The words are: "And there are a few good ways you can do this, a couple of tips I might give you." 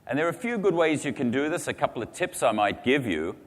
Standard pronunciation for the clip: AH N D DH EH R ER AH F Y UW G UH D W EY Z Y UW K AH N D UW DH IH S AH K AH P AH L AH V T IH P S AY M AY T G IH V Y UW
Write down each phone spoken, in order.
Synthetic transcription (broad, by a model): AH N DH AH R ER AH F Y UW G UH D W EY Z Y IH K AH N D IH DH IH S AH K AH P L AH V T IH P S AY M AY T G IH V Y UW